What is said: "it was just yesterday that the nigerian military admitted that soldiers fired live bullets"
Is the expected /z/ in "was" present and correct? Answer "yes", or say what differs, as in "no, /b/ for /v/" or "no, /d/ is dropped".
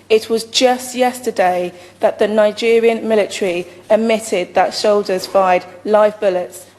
yes